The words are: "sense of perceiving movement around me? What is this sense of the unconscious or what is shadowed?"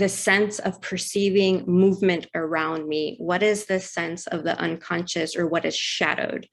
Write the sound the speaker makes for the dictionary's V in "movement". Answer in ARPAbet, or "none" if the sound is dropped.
V